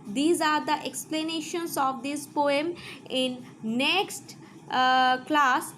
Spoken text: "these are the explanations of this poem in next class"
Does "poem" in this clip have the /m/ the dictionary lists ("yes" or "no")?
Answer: yes